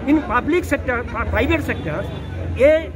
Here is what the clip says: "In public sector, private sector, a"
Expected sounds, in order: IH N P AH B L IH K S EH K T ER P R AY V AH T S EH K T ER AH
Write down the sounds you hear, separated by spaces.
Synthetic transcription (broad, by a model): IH N P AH B L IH K S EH K T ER P R AY B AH T S EH K T ER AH